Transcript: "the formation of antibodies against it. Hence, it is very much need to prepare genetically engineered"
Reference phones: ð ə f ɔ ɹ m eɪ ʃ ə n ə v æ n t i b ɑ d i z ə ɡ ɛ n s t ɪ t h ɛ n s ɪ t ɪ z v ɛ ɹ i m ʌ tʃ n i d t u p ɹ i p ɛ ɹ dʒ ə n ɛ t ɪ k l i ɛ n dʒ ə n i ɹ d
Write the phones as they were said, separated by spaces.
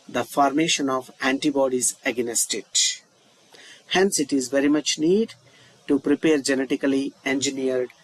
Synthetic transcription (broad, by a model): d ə f ɔ ɹ m eɪ ʃ ə n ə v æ n t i b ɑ d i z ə ɡ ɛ s t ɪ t h ɛ n s ɪ t ɪ z v ɛ ɹ i m ʌ tʃ n i d t u p ɹ i p ɛ ɹ dʒ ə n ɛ t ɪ k l i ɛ n dʒ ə n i ɹ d